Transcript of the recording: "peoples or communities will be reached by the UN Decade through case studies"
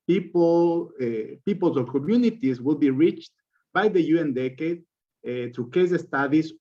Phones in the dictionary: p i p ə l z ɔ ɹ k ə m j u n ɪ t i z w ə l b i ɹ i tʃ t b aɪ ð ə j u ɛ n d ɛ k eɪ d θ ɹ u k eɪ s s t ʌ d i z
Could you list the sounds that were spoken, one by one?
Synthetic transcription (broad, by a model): p i p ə l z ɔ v k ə m j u n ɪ t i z w ə l b i ɹ i tʃ t b aɪ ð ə j u ɛ n d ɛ k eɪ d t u k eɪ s s t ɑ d i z